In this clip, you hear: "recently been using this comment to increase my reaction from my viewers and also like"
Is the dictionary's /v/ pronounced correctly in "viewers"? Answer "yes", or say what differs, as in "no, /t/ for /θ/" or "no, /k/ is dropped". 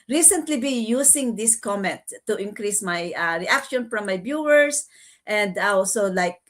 no, /b/ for /v/